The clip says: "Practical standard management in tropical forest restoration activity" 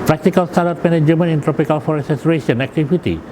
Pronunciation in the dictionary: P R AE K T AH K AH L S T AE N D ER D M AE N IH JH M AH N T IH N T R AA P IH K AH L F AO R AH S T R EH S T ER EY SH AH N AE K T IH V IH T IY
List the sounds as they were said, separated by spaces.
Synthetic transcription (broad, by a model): P R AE K T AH K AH L S T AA D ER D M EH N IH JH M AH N IH N T R AA P IH K AH L F AO R AH S T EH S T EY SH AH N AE K T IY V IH T IY